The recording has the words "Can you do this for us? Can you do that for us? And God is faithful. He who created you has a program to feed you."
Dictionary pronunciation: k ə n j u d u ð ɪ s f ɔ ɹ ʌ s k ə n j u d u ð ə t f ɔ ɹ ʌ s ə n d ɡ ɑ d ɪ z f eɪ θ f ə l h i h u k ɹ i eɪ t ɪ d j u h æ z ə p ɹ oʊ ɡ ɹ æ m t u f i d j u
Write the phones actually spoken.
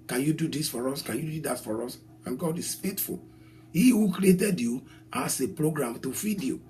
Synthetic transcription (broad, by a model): k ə n j u d u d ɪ s f ɔ ɹ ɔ s k ə n j u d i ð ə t f ɔ ɹ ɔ s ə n ɡ ɑ d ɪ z f eɪ t f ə l h i h u k ɹ i eɪ t ɪ d j u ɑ s ə p ɹ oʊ ɡ ɹ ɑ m t u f i d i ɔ